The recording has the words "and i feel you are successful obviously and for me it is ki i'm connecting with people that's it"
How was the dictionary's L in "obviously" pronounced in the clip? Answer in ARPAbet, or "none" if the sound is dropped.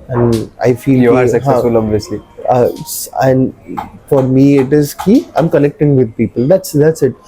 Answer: none